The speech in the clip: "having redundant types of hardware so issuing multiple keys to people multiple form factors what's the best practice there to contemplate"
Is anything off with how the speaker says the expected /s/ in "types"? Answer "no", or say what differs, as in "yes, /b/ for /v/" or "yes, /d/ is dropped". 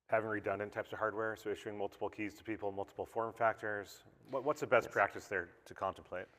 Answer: no